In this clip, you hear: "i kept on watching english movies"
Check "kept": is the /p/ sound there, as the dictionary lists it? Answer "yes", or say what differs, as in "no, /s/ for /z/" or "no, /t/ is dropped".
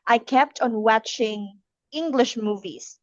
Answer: yes